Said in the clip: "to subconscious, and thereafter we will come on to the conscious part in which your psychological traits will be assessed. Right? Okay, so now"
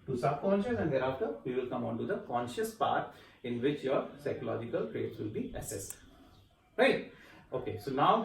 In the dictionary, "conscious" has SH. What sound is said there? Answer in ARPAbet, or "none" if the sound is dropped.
SH